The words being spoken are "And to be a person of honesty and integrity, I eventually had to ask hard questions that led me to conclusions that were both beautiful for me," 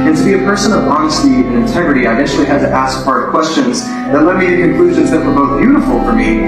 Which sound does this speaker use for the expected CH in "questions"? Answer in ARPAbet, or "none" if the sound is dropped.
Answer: CH